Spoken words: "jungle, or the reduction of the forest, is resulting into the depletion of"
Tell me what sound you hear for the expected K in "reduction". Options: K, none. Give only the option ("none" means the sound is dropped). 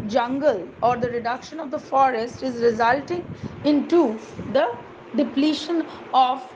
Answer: K